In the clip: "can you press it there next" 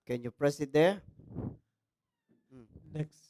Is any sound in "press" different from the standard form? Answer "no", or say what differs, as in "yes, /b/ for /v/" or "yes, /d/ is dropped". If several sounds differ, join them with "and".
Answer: no